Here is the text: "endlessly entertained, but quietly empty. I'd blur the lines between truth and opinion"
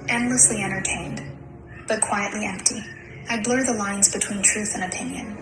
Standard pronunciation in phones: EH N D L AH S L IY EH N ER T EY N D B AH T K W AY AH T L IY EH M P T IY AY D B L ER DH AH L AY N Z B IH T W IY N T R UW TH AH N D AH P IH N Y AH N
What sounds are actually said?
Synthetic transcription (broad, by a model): EH N D L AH S L IY EH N ER T EY N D B AH T K W AY AH T L IY EH M P T IY AY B L ER DH AH L AY N Z B IH T W IY N T R UW TH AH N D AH P IH N Y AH N